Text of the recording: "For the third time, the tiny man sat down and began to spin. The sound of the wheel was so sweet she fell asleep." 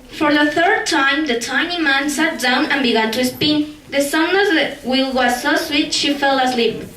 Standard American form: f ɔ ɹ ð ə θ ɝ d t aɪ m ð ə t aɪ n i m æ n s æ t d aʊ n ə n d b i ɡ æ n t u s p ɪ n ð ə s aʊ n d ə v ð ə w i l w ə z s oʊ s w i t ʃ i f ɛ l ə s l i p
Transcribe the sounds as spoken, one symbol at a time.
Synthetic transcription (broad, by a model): f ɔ ɹ ð ə θ ɝ d t aɪ m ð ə t aɪ n i m æ n s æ t d aʊ n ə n b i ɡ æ n t u s p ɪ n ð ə s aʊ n ə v ð ə w i l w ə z s oʊ s w i t ʃ i f ɛ l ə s l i p